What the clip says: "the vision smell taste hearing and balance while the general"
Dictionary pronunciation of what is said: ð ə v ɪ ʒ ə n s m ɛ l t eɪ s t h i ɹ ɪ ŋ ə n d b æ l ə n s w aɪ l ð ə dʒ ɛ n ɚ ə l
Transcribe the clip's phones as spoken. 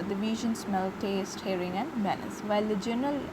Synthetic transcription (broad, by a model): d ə v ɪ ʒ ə n s m ɛ l t eɪ s t h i ɹ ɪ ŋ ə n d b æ n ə s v aɪ l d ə dʒ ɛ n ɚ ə l